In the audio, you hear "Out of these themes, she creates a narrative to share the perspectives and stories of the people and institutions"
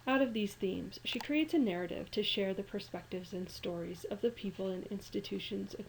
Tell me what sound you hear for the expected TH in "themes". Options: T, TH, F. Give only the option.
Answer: TH